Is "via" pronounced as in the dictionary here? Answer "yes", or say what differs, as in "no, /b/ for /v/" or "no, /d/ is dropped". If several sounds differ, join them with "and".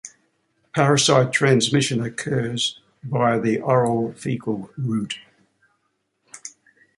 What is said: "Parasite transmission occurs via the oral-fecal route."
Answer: no, /b/ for /v/